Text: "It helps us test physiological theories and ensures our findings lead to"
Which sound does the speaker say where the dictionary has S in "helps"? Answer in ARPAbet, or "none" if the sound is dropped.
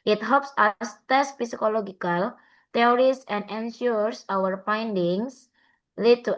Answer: S